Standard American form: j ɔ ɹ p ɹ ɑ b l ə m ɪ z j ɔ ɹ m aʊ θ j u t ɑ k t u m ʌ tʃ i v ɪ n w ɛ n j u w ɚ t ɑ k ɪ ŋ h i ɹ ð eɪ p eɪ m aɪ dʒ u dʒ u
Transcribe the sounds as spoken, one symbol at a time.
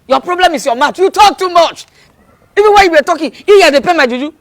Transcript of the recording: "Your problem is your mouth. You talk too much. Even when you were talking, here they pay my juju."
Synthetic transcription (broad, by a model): j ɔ p ɹ ɑ b l ə m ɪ s j ɔ m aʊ t j u t ɑ k t u m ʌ tʃ i v ɪ n w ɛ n j u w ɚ t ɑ k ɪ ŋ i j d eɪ p eɪ m aɪ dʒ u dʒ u